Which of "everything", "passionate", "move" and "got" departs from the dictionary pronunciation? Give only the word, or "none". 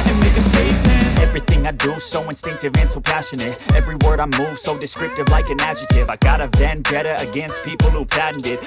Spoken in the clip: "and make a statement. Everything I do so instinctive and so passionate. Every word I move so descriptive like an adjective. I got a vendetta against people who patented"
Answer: none